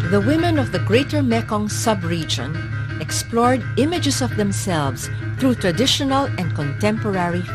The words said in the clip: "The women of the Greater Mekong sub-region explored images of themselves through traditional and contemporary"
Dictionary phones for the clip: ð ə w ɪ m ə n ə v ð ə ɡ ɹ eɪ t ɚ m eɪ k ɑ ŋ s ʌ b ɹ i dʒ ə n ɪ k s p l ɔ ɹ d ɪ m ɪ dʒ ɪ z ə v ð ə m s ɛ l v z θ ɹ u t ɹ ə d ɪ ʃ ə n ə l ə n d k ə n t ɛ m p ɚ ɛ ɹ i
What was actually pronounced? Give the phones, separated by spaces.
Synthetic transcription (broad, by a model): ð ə w ɪ m ə n ə v ð ə ɡ ɹ eɪ t ɚ m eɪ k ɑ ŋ s ʌ b ɹ i dʒ ə n ɪ k s p l ɔ ɹ d ɪ m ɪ dʒ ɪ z ə v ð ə m s ɛ l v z θ ɹ u t ɹ ə d ɪ ʃ ə n ə l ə n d k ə n t ɛ m p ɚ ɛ ɹ i